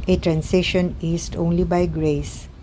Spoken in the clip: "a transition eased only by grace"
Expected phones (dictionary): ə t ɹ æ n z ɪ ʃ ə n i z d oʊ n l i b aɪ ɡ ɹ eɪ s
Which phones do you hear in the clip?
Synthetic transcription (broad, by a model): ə t ɹ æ n s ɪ ʃ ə n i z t oʊ n l i b aɪ ɡ ɹ eɪ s